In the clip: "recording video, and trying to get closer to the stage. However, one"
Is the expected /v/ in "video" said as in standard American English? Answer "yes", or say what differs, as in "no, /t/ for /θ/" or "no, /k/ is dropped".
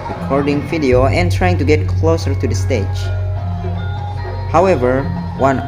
no, /f/ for /v/